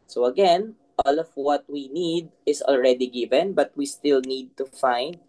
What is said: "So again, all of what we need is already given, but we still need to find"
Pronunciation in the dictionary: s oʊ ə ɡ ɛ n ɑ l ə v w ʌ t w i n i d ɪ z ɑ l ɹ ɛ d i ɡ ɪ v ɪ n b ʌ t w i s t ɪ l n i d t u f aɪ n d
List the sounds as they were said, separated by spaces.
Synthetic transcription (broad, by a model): s oʊ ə ɡ ɛ n ɑ l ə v w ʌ t w i n i d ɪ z ɑ l ɹ ɛ d i ɡ ɪ v ɪ n b ʌ t w i s t ɪ l n i d t u f aɪ n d